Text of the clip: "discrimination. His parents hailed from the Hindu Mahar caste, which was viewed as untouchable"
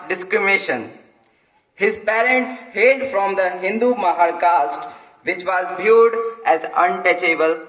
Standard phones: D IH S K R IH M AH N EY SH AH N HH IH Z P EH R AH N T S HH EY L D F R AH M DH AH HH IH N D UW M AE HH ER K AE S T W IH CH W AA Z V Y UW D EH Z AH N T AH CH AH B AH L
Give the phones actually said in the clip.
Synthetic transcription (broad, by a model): D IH S K R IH M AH N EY SH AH N HH IH Z P EH R AH N T S HH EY D F R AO M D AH HH IH N D UW M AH HH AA K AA S T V IH CH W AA Z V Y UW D EH Z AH N T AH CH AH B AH L